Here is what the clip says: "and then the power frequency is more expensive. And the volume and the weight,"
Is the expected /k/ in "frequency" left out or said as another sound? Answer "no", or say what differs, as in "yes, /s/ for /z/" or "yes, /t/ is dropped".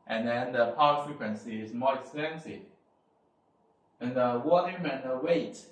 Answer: no